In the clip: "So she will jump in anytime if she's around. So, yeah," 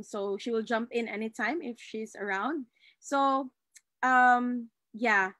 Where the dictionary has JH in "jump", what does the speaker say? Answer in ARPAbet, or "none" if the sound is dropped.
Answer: JH